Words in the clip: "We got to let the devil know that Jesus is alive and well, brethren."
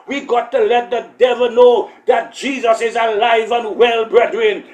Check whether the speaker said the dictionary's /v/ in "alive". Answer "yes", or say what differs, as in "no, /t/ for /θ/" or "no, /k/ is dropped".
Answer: yes